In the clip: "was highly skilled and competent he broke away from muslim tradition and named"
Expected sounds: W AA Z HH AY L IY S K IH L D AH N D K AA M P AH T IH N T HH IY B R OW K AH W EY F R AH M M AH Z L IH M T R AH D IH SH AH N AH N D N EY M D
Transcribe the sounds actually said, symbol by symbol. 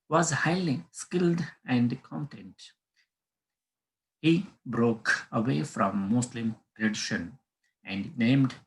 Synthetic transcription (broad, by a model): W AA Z HH AY L IY S K IH L D AH N D K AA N T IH N T HH IY B R OW K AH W EY F R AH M M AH S L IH M T R AH D IH SH AH N AH N D N EY M D